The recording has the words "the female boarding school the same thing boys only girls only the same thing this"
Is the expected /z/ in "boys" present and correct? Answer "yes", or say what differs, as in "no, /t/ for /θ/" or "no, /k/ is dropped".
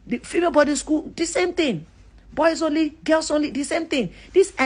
no, /s/ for /z/